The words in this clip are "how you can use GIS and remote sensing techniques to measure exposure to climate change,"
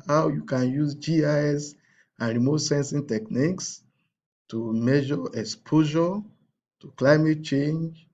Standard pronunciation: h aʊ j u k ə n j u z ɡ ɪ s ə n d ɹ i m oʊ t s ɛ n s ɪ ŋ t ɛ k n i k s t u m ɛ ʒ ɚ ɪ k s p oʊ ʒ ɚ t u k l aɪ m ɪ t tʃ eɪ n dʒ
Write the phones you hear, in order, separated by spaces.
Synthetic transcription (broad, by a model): h aʊ j u k ə n j u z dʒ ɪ s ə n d ɹ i m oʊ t s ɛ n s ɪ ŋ t ɛ k n i k s t u m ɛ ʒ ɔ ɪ k s p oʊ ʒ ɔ t u k l aɪ m ɪ t tʃ eɪ n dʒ